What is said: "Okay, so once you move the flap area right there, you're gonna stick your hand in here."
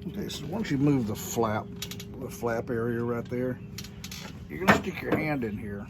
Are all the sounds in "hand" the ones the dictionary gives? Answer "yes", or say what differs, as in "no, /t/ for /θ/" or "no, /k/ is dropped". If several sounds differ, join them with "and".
yes